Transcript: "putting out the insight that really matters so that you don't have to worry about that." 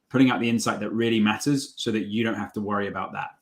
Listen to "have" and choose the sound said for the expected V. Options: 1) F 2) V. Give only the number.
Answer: 1